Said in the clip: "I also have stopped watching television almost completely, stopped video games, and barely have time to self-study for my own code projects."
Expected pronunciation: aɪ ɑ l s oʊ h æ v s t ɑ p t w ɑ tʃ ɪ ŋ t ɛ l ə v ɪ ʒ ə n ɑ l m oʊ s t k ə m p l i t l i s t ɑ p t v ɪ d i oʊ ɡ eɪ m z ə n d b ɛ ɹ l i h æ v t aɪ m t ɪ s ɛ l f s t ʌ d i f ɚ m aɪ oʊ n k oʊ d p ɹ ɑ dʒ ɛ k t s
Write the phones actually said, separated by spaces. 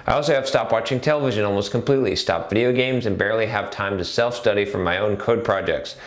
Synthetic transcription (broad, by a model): aɪ ɑ l s oʊ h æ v s t ɑ p w ɑ tʃ ɪ ŋ t ɛ l ə v ɪ ʒ ə n ɑ l m oʊ s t k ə m p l i t l i s t ɑ p v ɪ d i oʊ ɡ eɪ m z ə n b ɛ ɹ l i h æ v t aɪ m t ɪ s ɛ l f s t ʌ d i f ɚ m aɪ oʊ n k oʊ d p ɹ ɑ dʒ ɛ k t s